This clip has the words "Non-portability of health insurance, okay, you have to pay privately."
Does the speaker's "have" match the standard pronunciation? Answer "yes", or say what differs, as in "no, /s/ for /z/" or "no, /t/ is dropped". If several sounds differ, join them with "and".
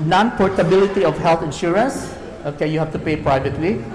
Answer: no, /f/ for /v/